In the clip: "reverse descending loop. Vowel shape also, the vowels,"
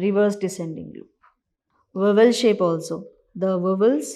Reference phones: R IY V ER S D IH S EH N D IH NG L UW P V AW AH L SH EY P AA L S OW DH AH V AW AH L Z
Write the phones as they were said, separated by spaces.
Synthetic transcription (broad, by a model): R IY V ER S D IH S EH N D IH NG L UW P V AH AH L SH EY P AA L S OW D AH V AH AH L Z